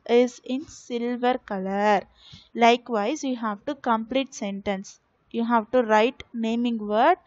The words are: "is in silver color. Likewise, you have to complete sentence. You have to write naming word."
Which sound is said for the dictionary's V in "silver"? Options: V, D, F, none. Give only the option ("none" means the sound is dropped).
V